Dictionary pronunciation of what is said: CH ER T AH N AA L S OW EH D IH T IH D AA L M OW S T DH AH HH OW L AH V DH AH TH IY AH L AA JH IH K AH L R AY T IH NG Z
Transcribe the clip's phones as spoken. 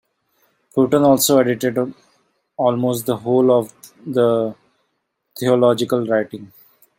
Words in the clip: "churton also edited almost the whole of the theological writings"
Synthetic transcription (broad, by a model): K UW T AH N AA L S OW EH D IH T IH D AA L M OW S T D AH HH OW L AH V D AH T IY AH L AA JH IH K AH L R AY T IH NG